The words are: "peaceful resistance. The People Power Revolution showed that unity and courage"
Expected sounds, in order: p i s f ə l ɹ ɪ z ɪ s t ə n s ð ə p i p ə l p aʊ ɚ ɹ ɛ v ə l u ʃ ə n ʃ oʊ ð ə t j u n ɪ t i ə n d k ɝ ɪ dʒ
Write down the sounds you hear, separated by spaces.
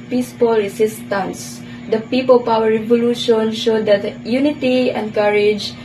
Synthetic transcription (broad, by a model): p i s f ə l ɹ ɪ s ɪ s t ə n s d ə p i p ə l p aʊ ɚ ɹ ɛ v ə l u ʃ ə n ʃ oʊ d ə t j u n ɪ t i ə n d k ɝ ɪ dʒ